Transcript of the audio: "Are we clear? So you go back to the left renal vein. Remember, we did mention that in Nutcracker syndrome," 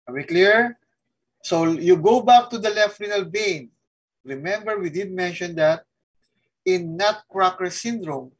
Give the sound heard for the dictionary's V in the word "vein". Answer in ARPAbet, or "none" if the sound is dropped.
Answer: B